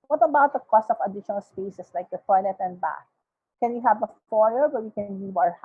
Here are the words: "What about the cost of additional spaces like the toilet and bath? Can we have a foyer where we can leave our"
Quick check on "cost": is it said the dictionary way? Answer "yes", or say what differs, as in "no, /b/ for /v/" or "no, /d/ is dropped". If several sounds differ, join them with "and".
yes